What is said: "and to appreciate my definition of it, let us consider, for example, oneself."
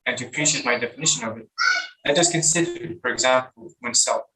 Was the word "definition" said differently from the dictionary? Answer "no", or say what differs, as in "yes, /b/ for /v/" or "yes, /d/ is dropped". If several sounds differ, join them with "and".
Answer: no